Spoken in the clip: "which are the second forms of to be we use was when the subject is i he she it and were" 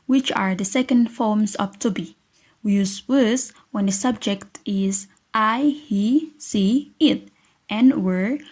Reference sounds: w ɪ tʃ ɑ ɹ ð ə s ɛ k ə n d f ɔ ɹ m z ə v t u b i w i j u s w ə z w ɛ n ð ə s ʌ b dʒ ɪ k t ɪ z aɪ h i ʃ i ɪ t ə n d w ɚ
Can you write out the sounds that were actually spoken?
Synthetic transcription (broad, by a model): w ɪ tʃ ɑ ɹ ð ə s ɛ k ə n d f ɔ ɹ m s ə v t u b i w i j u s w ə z w ɛ n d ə s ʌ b dʒ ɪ k t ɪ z aɪ h i s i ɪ t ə n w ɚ